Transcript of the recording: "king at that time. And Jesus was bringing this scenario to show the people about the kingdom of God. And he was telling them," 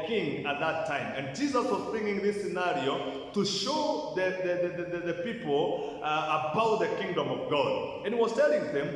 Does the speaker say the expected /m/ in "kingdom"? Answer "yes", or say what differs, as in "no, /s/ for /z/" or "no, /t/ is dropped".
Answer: yes